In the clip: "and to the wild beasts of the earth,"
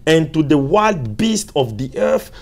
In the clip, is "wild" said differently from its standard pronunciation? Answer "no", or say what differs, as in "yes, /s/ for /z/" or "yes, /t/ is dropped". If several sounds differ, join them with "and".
no